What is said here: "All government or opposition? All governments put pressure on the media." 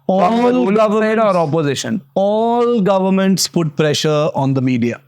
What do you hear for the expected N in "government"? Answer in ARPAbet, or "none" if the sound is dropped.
none